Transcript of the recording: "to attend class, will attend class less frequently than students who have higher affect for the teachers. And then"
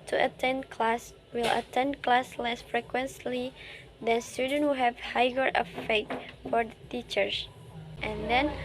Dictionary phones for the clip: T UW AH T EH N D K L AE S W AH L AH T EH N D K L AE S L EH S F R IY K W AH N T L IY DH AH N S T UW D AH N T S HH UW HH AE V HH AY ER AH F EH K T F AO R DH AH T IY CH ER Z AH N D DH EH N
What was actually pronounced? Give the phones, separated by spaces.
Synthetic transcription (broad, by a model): T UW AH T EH N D K L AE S W AH L AH T EH N D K L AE S L EH S F R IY K W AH N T L IY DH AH N S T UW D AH N HH UW HH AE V HH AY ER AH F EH T F AO R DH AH T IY CH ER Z AH N D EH N